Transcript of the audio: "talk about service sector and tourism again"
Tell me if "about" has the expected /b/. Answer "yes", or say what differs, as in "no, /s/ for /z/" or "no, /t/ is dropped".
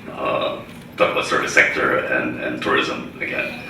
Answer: no, /b/ is dropped